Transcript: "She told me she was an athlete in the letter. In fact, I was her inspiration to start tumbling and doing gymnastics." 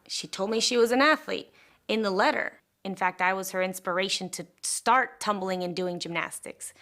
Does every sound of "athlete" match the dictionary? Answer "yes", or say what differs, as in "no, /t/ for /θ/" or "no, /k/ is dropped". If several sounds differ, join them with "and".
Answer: yes